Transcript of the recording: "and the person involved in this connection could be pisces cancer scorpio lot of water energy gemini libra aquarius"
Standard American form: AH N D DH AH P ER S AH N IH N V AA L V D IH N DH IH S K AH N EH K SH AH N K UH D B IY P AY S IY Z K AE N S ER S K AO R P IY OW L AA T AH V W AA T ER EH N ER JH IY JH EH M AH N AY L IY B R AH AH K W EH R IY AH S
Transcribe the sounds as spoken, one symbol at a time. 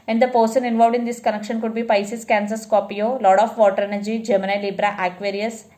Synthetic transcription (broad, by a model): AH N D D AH P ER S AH N IH N V AA L V D IH N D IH S K AH N EH K SH AH N K UH D B IY P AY S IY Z K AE N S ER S K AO P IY OW L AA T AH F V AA T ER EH N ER JH IY JH EH M AH N AY L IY B R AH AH K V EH R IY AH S